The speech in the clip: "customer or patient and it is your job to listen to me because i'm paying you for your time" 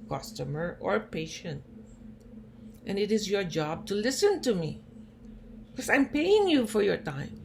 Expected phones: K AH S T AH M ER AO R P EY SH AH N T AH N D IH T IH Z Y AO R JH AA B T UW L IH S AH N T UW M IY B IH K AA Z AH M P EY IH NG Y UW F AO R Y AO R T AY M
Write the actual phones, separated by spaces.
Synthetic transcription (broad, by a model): K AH S T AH M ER AO R P EY SH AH N T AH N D IH T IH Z Y AO R JH AA B T UW L IH S AH N T UW M IY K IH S AA AH M P EY IH NG Y UW F AO R Y AO R T AY M